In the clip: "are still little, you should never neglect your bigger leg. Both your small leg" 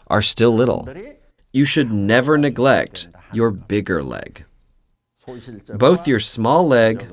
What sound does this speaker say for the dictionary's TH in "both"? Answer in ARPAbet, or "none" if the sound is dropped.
TH